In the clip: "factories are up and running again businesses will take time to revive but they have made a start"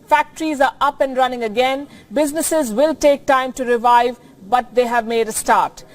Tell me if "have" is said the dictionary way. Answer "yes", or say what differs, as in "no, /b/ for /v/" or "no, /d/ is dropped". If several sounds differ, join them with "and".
yes